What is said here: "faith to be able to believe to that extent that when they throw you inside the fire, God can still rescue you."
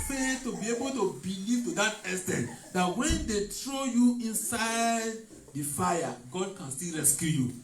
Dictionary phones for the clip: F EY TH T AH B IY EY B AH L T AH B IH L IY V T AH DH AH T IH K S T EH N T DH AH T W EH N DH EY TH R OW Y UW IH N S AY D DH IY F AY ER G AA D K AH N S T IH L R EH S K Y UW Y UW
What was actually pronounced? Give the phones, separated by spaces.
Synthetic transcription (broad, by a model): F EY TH T AH B IY EY B AH L T AH B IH L IY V T AH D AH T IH S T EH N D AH T W EH N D EY T R OW Y UW IH N S AY D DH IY F AY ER G AA D K AH N S T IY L R EH S K Y UW Y UW